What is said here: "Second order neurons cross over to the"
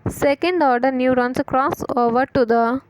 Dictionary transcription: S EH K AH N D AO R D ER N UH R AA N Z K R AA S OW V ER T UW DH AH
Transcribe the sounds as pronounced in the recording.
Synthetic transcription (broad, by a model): S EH K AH N D AO R D ER N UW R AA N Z K R AA S OW V ER T UW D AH